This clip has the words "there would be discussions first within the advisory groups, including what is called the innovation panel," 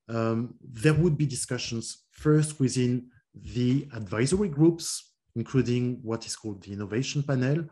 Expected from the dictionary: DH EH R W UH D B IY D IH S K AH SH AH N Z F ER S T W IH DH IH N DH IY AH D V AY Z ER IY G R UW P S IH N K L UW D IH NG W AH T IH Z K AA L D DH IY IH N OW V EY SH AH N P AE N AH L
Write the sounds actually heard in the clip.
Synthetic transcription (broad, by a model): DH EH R W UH D B IY D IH S K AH SH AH N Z F ER S T W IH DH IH N DH IY AH D V AY Z ER IY G R UW P S IH N K L UW D IH NG W AH T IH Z K AA L D DH IY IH N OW V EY SH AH N P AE N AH L